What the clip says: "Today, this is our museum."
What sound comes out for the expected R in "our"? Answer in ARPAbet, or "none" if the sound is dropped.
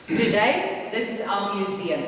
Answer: L